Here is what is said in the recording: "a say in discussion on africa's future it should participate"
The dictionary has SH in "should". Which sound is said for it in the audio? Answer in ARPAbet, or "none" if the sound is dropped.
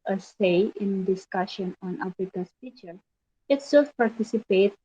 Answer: S